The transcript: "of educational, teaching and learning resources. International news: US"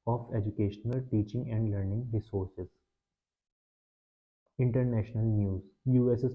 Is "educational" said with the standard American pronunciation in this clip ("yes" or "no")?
yes